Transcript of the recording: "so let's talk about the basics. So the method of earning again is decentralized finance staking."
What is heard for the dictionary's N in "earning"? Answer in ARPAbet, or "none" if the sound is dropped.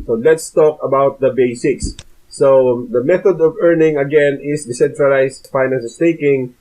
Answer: N